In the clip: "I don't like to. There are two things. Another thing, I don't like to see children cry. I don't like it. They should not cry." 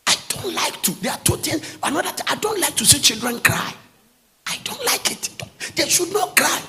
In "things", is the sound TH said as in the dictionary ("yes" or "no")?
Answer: no